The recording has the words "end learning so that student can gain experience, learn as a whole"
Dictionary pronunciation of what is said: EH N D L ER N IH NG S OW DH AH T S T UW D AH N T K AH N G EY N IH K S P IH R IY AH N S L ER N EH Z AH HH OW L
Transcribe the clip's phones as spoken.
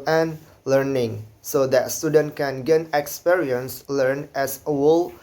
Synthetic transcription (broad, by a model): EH N L ER N IH NG S OW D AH T S T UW D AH N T K AH N G EY N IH K S P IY R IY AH N S L ER N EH S AH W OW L